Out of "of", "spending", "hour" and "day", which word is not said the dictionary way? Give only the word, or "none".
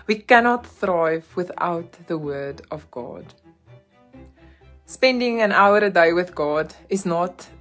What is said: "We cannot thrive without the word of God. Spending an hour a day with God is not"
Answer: none